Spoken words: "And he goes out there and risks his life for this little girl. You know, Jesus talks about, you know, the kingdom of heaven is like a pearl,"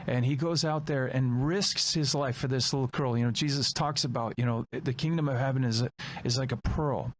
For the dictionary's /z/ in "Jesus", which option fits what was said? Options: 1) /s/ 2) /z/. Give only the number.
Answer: 2